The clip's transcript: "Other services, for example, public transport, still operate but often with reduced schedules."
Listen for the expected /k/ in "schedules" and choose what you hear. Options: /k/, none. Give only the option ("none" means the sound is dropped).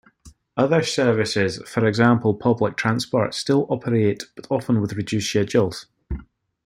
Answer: none